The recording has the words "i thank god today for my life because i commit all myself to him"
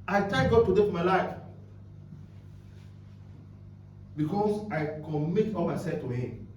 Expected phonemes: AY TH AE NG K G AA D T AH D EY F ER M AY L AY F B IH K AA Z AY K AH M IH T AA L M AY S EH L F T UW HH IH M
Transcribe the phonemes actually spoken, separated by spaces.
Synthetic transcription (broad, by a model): AY T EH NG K G AA D T AH D EY F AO M AY L AY F B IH K AA S AY K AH M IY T AA L M AY S EH L F T UW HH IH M